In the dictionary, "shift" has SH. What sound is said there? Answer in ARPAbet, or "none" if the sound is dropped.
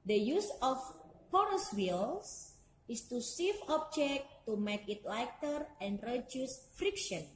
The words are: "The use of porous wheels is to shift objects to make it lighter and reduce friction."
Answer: S